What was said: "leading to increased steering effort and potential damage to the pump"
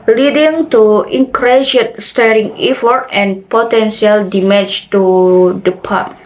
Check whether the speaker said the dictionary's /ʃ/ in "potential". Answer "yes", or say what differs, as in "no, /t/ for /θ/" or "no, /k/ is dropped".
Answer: no, /s/ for /ʃ/